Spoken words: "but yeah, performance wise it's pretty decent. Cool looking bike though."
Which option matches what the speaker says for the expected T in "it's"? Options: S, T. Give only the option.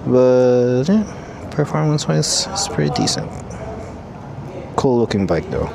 S